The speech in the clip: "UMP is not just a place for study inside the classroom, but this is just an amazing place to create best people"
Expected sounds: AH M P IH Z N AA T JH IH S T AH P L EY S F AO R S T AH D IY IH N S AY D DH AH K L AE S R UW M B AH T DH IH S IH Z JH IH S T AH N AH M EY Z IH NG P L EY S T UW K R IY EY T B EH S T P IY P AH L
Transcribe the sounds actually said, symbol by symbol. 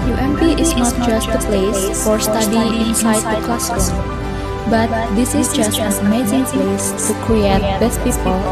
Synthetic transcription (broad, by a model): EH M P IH S N AA T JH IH S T AH P L EY S F AO R S T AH D IY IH N S AY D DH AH K L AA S UW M B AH T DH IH S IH S JH IH S T AH N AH M EY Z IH NG P L EY S T UW K R IY EY T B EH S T P IY P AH L